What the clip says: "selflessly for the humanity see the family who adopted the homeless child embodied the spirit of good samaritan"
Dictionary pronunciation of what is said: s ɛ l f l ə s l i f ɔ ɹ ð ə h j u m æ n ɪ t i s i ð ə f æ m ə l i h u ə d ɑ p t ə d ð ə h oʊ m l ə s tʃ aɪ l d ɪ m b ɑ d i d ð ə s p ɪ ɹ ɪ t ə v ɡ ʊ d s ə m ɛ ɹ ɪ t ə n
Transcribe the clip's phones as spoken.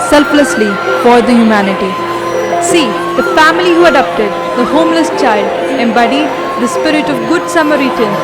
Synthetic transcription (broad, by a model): s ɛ l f l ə s l i f ɔ ɹ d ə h j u m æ n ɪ t i s i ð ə f æ m ə l i h u ə d ɑ p t ə d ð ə h oʊ m l ə s tʃ aɪ l d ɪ m b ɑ d i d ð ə s p ɪ ɹ ɪ t ə v ɡ ʊ d s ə m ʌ ɹ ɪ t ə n